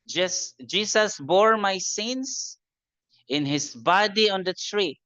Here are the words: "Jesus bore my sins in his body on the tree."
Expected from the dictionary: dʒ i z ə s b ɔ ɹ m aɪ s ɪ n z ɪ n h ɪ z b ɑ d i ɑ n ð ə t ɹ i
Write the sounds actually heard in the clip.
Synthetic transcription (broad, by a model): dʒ i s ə s b ɔ ɹ m aɪ s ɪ n s ɪ n h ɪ s b ɑ d i ɑ n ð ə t ɹ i